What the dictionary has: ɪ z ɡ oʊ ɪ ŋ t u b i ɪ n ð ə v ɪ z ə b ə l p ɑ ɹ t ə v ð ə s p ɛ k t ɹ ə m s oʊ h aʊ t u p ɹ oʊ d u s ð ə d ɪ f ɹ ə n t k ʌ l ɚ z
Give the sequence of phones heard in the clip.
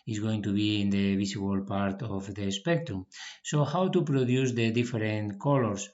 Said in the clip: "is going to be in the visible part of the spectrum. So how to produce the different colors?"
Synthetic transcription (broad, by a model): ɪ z ɡ oʊ ɪ ŋ t u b i ɪ n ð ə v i s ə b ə l p ɑ ɹ t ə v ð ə s p ɛ k t ɹ ə m s oʊ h aʊ t u p ɹ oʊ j u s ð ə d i f ɹ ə n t k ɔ l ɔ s